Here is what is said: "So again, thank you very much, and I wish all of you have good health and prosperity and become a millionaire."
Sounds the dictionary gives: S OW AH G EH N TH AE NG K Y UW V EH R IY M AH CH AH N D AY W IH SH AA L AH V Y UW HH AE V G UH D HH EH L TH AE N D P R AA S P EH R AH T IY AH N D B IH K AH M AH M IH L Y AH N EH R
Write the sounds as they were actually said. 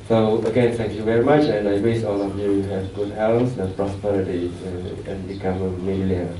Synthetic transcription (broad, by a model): S OW AH G EH N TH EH NG K Y UW V EH R IY M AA CH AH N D AY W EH S AA L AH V Y UW HH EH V G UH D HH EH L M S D P R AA S P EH R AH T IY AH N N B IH K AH M AH M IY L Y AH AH